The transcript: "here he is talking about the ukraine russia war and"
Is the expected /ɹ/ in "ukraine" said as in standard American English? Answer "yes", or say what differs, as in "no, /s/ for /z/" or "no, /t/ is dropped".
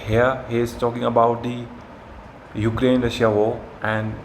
yes